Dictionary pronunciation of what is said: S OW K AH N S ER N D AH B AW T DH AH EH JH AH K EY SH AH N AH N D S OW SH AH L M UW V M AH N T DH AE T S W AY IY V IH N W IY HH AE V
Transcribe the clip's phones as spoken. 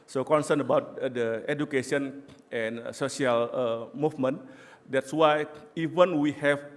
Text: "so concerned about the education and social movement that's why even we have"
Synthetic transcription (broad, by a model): S OW K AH N S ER N AH B AW T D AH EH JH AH K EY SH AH N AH N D S OW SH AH L M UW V M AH N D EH T S W AY IY V IH N W IY HH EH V